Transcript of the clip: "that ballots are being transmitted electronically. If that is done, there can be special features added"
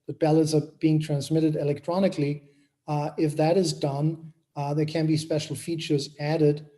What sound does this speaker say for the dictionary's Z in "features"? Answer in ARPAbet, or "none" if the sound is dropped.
Z